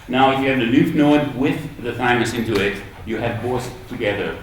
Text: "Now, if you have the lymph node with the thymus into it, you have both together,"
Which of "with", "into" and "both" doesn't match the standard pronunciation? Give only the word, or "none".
both